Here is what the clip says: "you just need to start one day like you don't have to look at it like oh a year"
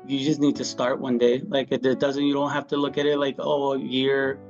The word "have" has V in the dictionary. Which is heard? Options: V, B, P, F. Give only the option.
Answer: F